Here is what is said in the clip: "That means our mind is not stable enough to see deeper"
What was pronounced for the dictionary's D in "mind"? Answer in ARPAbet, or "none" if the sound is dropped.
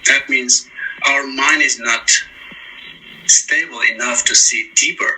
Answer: D